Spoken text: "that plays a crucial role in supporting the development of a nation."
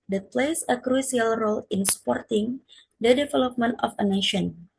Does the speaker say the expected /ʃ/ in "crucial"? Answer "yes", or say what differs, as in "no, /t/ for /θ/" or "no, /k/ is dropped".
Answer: no, /s/ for /ʃ/